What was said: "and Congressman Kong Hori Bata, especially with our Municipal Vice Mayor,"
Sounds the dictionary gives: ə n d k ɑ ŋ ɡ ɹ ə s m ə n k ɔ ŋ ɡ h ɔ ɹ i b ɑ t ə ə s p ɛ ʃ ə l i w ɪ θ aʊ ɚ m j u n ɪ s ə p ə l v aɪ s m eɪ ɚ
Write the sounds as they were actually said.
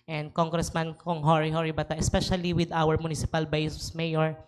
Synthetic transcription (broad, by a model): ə n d k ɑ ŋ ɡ ɹ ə s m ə n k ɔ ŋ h h ɔ ɹ i b ɑ t ə ə s p ɛ ʃ ə l i w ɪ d aʊ ɚ m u n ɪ s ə p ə l b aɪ s m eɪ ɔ